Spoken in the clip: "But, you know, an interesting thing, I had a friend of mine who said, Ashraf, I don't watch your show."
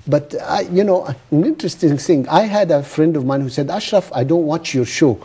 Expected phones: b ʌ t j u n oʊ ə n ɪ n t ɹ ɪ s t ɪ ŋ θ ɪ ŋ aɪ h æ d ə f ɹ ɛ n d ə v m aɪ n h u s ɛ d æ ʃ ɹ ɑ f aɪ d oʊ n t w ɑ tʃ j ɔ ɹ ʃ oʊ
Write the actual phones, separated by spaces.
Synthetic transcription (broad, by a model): b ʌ t j u n oʊ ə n ɪ n t ɹ ɪ s t ɪ ŋ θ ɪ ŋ aɪ h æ d ə f ɹ ɛ n d ə v m aɪ n h u s ɛ d æ ʃ ɹ ɑ f aɪ d oʊ n t w ɑ tʃ j ɔ ɹ ʃ oʊ